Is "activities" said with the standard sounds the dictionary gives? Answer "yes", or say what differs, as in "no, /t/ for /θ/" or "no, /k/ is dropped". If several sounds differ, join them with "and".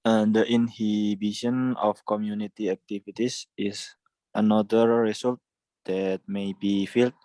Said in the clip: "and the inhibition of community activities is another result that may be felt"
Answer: no, /s/ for /z/